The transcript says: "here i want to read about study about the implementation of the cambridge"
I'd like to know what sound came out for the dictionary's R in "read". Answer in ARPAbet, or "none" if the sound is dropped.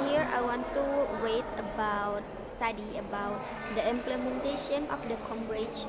W